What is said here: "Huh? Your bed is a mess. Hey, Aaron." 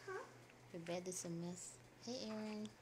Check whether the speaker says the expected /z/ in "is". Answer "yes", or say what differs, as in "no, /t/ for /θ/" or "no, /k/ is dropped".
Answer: no, /s/ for /z/